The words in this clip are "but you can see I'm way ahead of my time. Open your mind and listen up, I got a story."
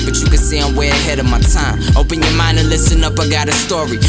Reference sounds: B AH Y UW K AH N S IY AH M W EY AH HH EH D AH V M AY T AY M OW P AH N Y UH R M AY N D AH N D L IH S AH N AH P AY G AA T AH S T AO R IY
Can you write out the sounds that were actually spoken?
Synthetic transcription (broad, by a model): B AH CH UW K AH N S IY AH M W EY AH HH EH D AH V M AY T AY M OW P AH N Y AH R M AY N D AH N L IH S AH N AH P AY G AA T AH S T AO R IY